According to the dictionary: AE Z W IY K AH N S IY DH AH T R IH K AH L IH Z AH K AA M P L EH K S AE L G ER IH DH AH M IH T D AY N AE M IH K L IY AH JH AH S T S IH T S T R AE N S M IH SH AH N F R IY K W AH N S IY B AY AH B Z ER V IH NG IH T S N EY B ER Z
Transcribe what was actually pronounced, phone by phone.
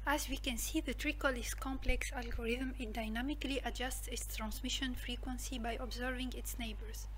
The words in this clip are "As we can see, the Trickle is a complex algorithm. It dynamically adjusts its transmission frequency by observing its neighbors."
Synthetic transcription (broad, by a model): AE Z W IY K AH N S IY DH AH T R IH K AH L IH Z K AA M P L EH K S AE L G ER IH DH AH M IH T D AY N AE M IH K L IY AH JH AH S T S IH T S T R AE N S M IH SH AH N F R IY K W AH N S IY B AY AH B Z ER V IH NG IH T S N EY B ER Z